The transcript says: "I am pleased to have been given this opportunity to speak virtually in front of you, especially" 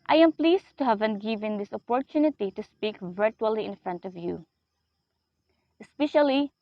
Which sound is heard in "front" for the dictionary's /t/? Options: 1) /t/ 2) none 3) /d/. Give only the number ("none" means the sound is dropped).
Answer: 1